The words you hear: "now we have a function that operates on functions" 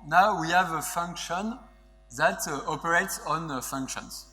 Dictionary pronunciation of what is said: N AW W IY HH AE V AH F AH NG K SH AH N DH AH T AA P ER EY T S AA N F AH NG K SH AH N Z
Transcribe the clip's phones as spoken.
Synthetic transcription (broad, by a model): N AW W IY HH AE V AH F AH NG K SH AH N DH AH T AA P ER EY T S AA N F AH NG K SH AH N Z